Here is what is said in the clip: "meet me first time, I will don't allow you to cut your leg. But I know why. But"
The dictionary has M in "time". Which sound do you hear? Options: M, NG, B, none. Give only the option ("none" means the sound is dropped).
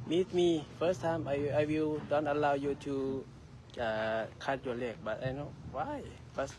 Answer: none